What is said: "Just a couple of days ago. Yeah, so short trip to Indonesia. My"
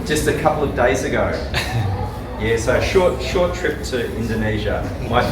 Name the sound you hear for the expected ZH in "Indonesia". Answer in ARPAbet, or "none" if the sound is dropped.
ZH